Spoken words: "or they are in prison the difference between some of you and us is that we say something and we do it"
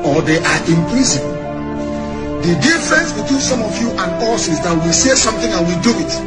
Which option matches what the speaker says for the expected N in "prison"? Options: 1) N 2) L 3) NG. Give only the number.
2